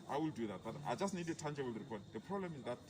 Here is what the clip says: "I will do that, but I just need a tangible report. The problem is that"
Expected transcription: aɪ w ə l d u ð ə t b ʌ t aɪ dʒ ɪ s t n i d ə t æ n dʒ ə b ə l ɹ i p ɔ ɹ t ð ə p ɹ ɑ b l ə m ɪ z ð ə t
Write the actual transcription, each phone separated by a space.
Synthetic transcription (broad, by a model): aɪ w ə l d u ð ə t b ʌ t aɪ dʒ ɪ s t n i d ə t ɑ n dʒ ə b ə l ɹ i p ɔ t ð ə p ɹ ɑ b l ə m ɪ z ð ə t